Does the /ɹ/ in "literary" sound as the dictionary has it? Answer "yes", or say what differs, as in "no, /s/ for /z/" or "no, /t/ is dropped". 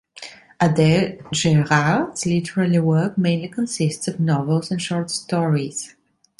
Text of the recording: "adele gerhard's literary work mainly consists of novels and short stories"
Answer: no, /l/ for /ɹ/